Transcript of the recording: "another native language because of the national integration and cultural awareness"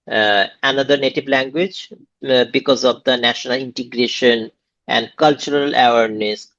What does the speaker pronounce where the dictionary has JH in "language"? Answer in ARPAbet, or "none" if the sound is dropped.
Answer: JH